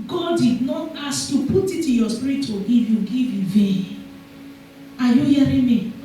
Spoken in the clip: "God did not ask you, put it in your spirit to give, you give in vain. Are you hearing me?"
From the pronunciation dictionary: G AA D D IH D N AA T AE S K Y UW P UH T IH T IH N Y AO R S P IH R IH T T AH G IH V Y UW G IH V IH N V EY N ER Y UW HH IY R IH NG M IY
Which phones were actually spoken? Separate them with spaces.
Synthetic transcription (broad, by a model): G AA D D IH D N AA T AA S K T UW P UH T IH T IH Y AO S P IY R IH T T AH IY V Y UW G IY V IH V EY AA Y UW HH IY R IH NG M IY